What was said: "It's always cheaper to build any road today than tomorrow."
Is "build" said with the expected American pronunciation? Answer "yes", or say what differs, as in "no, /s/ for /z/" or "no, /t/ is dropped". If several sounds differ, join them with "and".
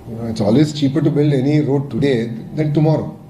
yes